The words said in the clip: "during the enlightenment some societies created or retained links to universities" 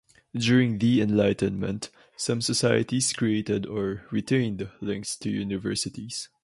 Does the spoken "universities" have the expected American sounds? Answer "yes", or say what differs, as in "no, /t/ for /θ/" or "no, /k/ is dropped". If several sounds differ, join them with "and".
no, /s/ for /z/